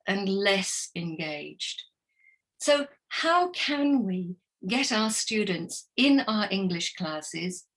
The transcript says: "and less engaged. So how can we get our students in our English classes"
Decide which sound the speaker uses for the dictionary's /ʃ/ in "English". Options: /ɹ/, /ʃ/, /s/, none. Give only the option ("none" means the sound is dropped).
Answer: /ʃ/